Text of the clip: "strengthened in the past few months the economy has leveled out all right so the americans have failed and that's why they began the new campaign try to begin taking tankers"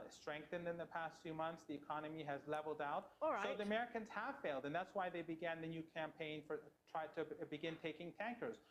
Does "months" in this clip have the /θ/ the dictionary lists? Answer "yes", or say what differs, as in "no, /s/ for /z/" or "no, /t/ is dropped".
yes